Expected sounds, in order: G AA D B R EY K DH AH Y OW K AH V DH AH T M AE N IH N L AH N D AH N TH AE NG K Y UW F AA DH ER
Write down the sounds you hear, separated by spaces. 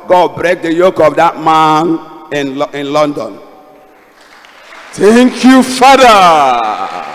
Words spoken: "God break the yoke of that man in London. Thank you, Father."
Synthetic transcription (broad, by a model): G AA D B R EY K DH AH Y OW K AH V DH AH T M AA N IH N L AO N D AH N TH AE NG K Y UW F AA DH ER